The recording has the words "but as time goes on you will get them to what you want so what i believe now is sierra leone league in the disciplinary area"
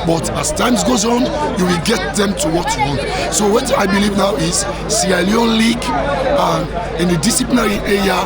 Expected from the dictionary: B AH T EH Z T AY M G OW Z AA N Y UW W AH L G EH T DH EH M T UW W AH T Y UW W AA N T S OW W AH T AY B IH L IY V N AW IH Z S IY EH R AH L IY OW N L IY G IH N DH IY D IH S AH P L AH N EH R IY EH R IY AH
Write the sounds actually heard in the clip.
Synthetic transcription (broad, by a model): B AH T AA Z T AY M G OW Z AA N Y UW W AH L G EH T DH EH M T UW W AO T Y UW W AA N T S OW W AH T AY B IH L IY V N AW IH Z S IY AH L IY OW N L IY G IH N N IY D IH S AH P L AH N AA R IY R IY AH